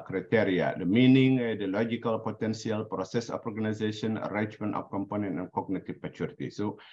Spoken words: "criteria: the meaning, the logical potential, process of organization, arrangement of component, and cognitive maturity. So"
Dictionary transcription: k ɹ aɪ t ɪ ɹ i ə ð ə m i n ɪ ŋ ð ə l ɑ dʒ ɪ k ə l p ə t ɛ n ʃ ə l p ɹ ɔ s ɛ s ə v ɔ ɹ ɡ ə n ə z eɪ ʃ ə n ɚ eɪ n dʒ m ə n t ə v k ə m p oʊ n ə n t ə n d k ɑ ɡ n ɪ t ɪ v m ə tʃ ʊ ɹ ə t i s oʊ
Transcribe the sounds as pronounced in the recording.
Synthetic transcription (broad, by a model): k ɹ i t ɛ ɹ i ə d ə m i n ɪ ŋ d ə l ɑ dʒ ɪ k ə l p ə t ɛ n s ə l p ɹ ɔ s ɛ s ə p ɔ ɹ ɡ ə n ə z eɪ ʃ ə n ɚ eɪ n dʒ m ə n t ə p k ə m p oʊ n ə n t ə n k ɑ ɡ n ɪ t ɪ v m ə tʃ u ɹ t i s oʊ